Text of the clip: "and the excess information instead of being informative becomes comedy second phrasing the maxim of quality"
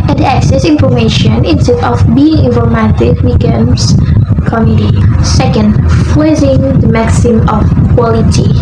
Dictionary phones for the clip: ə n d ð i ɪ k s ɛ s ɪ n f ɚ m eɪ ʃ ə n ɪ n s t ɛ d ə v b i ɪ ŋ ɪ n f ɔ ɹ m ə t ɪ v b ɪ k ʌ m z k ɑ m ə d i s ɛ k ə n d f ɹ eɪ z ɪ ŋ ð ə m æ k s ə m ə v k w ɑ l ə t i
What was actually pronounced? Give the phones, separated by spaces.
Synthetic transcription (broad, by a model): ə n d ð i ɪ k s ɛ s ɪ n f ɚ m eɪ ʃ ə n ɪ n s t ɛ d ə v b i ɪ ŋ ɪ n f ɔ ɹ m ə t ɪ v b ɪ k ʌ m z k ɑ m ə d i s ɛ k ə n d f l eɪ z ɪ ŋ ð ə m æ k s ə m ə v k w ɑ l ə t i